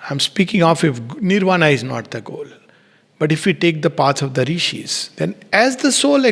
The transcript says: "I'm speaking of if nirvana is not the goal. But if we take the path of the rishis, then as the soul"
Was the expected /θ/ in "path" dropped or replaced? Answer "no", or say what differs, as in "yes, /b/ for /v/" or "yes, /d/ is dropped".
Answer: yes, /s/ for /θ/